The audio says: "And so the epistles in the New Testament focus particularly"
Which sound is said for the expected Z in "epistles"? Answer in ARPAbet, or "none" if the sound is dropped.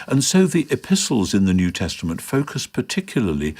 Z